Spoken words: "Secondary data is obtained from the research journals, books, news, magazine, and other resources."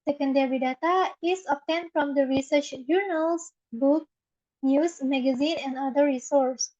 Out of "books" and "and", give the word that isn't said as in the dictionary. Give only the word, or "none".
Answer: books